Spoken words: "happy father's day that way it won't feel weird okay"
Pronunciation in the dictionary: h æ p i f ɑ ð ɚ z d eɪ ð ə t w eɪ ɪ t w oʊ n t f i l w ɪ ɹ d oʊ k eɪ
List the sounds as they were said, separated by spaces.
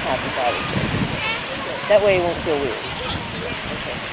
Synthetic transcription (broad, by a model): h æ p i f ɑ ɪ d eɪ ð ə t w eɪ ɪ t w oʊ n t f i l w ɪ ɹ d oʊ k eɪ